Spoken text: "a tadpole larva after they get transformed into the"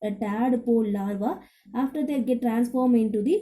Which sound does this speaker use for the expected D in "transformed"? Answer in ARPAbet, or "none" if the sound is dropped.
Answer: none